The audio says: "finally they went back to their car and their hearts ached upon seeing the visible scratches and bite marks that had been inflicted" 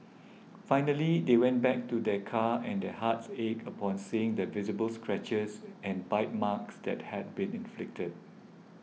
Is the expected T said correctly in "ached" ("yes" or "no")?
no